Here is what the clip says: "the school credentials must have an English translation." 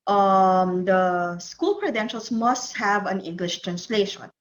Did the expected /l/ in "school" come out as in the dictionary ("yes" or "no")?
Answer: yes